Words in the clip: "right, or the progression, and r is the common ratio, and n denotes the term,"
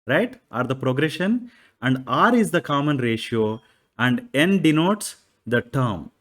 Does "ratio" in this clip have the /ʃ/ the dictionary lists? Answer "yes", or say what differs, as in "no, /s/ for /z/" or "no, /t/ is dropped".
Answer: yes